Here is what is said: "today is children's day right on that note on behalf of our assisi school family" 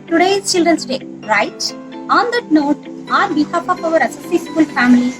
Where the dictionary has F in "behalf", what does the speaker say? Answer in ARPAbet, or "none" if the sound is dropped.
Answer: P